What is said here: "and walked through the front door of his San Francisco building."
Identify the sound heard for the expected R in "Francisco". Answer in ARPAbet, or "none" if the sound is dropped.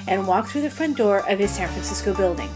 R